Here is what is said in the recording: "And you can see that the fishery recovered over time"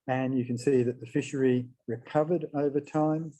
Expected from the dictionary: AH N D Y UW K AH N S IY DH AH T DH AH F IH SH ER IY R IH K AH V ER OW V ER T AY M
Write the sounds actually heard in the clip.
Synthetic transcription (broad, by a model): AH N Y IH K AH N S IY DH AH T DH AH F IH SH ER IY R IH K AH V ER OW V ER T AY M